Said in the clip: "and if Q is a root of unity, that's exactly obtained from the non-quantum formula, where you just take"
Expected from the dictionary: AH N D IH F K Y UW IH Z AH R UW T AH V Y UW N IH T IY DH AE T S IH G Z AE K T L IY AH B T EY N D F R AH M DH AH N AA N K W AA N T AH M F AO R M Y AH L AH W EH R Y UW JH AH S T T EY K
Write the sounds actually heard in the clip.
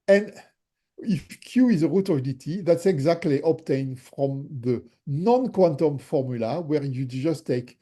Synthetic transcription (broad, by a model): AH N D IH F K Y UW IH Z AH R UW T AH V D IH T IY DH AE T S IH G Z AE K T L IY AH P T EY N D F R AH M DH AH N AA N K W AA N T AH M F AO R M Y AH L AH W EH R Y UW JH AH S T T EY K